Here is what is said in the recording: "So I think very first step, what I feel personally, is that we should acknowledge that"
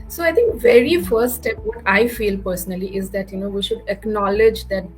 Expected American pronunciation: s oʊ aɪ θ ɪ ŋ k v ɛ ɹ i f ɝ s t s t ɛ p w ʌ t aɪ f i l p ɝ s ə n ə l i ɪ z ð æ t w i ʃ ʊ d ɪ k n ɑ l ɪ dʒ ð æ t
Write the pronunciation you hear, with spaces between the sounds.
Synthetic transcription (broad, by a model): s oʊ aɪ t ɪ ŋ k v ɛ ɹ i f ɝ t s t ɛ p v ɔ t aɪ f i l p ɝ s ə n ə l i ɪ z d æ t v i ʃ ʊ d ɪ k n ɑ l ɪ dʒ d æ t